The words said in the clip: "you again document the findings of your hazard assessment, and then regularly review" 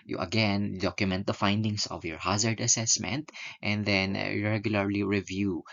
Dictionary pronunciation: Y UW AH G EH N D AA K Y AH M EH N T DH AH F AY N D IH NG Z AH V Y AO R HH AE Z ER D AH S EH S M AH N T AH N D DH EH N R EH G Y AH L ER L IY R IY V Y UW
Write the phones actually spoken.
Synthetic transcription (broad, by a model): Y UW AH G EH N D AA K Y AH M EH N T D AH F AY N D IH NG S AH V Y AO R HH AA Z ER D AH S EH S M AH N T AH N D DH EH N R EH G Y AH L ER L IY R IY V Y UW